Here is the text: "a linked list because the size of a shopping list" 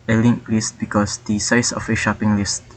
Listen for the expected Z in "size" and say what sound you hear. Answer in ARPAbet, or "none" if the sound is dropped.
S